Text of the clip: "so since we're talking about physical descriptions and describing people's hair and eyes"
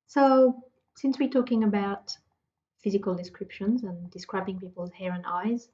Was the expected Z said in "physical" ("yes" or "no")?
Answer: yes